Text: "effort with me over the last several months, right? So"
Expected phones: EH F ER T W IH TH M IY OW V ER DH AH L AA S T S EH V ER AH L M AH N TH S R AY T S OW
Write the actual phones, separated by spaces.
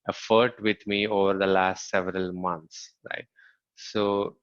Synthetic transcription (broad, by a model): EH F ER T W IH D M IY OW V ER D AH L AA S T S EH V ER AH L M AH N T S R AY T S OW